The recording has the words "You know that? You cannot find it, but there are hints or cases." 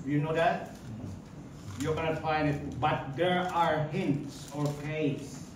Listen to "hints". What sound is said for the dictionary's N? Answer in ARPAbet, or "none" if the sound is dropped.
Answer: N